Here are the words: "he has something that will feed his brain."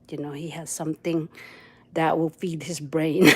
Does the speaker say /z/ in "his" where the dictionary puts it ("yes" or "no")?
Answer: yes